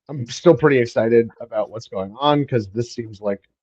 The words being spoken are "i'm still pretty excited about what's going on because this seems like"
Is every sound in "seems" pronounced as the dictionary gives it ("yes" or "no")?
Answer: yes